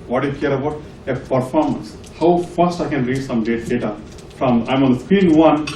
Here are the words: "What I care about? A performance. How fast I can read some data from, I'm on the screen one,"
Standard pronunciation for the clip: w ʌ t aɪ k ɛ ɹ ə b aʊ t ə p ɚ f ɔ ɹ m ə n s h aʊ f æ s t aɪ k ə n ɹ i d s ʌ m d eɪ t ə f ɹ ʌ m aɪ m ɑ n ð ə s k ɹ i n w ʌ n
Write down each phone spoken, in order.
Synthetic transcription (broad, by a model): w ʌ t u k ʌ ɹ ə b aʊ t ə p ɚ f ɔ ɹ m ə n s h aʊ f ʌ s t aɪ k ə n ɹ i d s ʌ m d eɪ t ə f ɹ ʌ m aɪ m ɑ n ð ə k w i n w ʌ n